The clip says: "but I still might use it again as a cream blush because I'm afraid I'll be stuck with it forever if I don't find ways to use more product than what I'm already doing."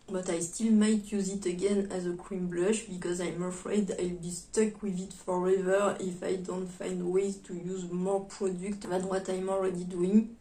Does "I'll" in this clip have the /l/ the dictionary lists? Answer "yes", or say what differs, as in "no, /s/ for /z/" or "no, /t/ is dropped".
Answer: yes